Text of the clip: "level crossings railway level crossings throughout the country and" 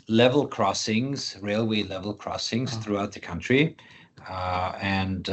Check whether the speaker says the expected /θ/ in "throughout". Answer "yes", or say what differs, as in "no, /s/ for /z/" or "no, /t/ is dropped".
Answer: yes